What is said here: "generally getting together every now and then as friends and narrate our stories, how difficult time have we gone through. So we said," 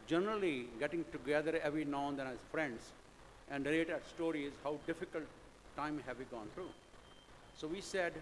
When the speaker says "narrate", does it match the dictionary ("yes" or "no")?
no